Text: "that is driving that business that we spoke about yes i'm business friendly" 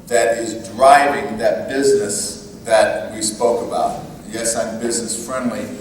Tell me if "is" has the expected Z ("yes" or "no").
yes